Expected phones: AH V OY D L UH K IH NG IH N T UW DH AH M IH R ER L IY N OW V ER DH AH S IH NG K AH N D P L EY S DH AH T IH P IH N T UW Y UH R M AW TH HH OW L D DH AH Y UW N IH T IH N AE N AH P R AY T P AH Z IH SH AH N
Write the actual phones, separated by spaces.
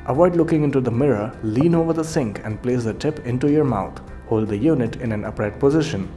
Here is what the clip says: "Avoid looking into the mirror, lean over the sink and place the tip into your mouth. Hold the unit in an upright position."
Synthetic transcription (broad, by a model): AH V OY D L UH K IH NG IH N T UW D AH M IH R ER L IY N OW V ER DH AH S IH NG K AH N D P L EY S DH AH T IH P IH N T UW Y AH R M AW T HH OW L D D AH Y UW N IH T IH N AE N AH P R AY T P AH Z IH SH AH N